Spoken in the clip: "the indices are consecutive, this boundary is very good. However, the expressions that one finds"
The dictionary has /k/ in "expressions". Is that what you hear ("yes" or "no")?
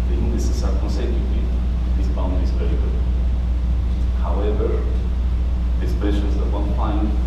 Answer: no